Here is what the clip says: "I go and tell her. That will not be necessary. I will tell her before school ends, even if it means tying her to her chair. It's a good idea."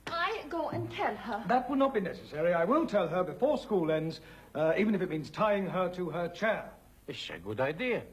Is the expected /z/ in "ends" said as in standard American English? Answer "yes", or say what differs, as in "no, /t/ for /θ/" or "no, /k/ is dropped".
yes